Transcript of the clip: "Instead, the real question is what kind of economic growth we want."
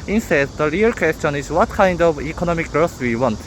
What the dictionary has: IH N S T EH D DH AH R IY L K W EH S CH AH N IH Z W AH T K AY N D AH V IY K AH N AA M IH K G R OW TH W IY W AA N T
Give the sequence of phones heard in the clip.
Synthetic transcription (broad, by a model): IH N S T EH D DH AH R IY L K W EH S CH AH N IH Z W AH T K AY N D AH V IY K AH N AA M IH K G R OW S W IY W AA N T